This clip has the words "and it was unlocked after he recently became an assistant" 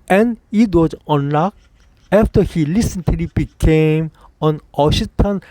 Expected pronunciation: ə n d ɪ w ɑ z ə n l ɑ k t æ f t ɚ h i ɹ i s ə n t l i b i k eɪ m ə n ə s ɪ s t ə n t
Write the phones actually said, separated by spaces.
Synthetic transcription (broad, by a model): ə n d ɪ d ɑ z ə n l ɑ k æ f t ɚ h i l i s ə n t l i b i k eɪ m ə n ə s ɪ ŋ t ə n